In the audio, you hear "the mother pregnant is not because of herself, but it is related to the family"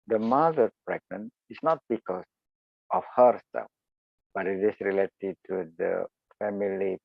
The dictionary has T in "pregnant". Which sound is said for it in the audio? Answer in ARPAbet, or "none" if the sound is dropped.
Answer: none